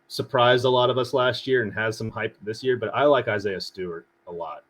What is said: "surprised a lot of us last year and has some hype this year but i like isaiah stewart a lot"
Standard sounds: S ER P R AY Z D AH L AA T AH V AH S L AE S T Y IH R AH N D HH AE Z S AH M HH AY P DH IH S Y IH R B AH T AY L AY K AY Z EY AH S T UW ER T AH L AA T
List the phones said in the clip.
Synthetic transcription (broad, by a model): S ER P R AY Z D AH L AA T AH V AH S L AE S T Y IH R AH N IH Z S AH M HH AY P DH IH S Y IH R B AH T AY L AY K AY Z EY AH S T UW ER T AH L AA T